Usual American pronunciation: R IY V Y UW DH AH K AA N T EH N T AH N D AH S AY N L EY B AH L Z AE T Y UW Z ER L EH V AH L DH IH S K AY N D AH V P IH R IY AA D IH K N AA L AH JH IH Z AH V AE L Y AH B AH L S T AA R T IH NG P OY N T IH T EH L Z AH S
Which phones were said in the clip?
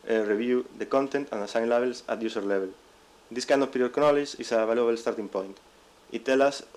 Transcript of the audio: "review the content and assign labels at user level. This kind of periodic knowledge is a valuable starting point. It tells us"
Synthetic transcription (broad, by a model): R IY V Y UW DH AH K AA N T EH N T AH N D AH S AY N L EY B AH L S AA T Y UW S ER L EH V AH L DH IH S K AY N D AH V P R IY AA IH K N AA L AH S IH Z AH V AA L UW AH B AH L S T AA R T IH NG P OY N T IH T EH L AH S